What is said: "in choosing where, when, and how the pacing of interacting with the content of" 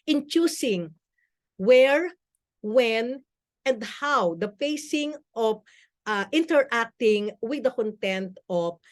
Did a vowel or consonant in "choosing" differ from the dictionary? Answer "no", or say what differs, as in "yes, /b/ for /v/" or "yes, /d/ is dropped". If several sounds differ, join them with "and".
yes, /s/ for /z/